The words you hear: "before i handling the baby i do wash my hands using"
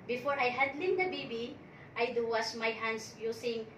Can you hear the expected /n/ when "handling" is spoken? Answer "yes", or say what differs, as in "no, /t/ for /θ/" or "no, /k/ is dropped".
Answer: no, /n/ is dropped